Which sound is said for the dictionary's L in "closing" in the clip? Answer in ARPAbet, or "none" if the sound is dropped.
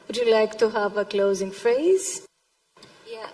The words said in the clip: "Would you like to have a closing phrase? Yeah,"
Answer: L